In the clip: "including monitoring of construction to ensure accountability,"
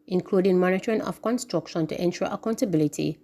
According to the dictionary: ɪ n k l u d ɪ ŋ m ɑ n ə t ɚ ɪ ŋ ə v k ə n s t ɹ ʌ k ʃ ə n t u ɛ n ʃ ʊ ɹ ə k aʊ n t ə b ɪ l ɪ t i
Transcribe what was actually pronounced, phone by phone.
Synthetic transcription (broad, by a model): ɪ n k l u d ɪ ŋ m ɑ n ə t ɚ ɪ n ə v k ə n s t ɹ ʌ k ʃ ə n t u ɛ n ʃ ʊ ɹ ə k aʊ n t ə b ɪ l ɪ t i